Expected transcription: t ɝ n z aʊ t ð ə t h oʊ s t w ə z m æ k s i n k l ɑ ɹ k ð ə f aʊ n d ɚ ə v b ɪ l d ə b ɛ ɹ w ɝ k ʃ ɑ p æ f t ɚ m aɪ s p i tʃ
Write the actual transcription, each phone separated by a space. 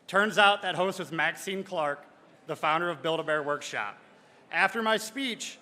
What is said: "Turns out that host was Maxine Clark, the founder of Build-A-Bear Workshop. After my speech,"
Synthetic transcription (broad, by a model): t ɝ n z aʊ t ð ə t h oʊ s t w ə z m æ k s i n k l ɑ ɹ k ð ə f aʊ n d ɚ ə v b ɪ l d ə b ɛ ɹ w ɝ k ʃ ɑ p æ f t ɚ m aɪ s p i tʃ